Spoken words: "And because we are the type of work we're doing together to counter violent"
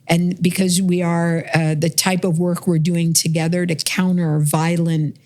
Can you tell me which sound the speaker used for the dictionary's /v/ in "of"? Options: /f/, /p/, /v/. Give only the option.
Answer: /v/